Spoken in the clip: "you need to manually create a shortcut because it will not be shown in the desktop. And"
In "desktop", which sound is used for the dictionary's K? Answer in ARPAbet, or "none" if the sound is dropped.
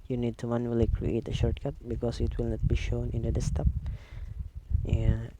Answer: none